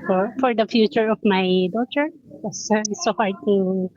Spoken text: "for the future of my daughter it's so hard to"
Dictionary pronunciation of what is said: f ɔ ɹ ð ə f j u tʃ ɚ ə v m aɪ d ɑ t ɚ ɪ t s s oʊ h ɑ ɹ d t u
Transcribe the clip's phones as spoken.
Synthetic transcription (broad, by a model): f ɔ ɹ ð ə f j u tʃ ɚ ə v m aɪ d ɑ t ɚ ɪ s s oʊ h ɑ ɹ d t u